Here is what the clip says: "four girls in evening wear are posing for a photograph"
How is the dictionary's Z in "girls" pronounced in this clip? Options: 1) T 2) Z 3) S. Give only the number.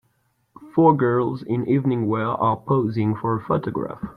2